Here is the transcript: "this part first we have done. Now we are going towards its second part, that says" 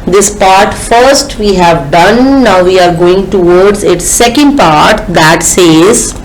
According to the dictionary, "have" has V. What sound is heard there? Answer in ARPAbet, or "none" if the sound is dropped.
V